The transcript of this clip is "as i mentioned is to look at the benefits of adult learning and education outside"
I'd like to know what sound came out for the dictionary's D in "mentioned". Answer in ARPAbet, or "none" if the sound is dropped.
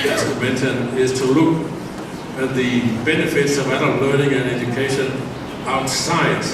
none